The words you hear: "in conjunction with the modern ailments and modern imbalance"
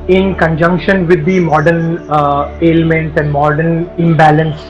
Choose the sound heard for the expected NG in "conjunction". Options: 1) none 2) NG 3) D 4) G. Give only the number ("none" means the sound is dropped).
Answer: 2